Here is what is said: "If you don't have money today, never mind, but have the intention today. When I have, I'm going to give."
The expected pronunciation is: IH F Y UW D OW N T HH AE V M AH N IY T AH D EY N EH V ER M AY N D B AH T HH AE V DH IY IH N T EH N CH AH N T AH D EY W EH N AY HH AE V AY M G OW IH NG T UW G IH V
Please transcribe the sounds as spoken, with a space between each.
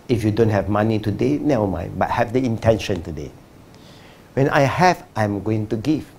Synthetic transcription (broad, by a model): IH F Y UW D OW N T HH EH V M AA N IY T AH D EY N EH AO M AY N B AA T HH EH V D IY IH N T EH N SH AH N T AH D EY W EH N AY HH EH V AY M G OW IH NG T UW G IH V